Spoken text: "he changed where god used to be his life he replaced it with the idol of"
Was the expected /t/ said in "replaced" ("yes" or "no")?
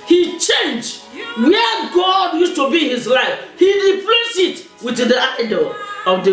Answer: no